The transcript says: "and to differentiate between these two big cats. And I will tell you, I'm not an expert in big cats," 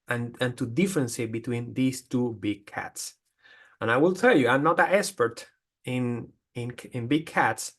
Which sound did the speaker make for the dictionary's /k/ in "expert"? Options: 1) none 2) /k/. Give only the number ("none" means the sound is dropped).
1